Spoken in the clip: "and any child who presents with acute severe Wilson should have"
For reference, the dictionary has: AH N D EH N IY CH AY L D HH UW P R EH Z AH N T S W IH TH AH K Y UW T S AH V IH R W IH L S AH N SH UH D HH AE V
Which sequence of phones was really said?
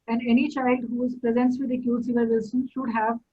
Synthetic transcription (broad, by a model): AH N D EH N IY CH AY L D HH UW P R EH Z AH N T S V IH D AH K Y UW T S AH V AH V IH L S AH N SH UH D HH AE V